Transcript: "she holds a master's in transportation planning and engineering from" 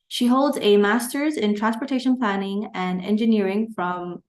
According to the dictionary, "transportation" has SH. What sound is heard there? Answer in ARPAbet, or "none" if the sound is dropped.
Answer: SH